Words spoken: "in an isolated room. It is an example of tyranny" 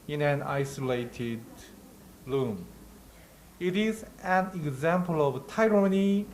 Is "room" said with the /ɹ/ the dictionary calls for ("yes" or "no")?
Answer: no